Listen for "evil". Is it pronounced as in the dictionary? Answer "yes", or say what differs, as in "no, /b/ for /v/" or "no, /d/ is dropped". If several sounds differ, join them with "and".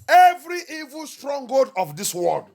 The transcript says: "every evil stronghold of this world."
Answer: yes